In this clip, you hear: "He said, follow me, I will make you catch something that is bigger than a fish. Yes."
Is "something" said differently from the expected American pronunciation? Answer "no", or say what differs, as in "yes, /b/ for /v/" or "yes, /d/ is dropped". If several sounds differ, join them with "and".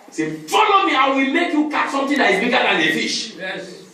yes, /t/ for /θ/